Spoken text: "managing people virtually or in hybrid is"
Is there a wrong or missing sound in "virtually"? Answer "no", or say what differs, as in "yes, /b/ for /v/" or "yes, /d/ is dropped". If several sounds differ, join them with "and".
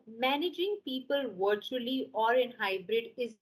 no